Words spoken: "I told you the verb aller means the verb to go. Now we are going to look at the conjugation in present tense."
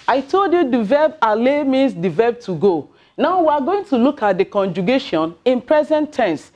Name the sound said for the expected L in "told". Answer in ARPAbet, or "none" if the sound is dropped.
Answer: L